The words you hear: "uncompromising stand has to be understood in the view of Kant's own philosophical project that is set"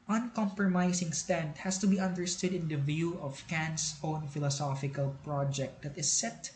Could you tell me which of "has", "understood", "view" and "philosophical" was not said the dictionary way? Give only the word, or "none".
has